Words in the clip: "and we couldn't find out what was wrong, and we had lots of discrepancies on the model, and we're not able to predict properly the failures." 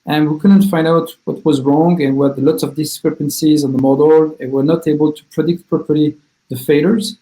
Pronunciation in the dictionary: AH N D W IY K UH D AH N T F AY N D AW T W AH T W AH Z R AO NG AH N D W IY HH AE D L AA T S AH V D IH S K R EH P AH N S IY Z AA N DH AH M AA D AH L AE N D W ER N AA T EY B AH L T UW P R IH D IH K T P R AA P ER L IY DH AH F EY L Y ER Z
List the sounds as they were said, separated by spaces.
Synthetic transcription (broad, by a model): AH N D W IY K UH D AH N T F AY N D AW T W AH T W AH Z R AO NG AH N W IY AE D L AA T S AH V D IH S K R EH P AH N S IY Z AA N DH AH M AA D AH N W ER N AA T EY B AH L T UW P R IH D IH K T P R AA P ER L IY DH AH F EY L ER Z